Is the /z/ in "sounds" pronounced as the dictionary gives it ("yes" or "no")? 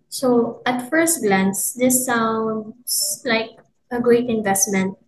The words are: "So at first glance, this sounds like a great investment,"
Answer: no